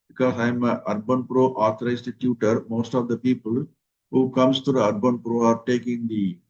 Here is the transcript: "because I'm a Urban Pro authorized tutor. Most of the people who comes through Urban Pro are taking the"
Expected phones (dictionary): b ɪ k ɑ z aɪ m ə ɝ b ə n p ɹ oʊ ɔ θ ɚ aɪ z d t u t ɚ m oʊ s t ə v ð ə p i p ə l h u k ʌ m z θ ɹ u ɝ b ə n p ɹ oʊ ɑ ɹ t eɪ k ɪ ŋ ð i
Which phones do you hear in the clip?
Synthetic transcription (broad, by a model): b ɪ k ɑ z aɪ m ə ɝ b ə n p ɹ oʊ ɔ t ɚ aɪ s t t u t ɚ m oʊ s t ə v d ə p i p ə l h u k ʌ m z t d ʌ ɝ b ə n p ɹ oʊ ɑ ɹ t eɪ k ɪ ŋ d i